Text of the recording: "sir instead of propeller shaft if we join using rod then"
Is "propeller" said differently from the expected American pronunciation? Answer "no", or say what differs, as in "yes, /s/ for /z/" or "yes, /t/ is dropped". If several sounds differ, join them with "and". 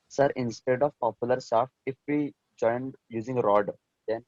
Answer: yes, /ɹ/ is dropped